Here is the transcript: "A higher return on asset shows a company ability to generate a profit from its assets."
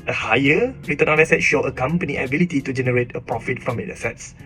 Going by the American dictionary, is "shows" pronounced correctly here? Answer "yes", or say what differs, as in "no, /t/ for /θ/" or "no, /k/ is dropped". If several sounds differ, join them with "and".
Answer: no, /z/ is dropped